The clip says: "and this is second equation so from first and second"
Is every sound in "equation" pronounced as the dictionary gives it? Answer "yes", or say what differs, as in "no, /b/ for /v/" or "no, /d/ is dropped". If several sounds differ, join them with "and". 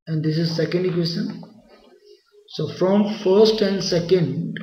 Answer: no, /s/ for /ʒ/